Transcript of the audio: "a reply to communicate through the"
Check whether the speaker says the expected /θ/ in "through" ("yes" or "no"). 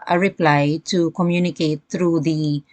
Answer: no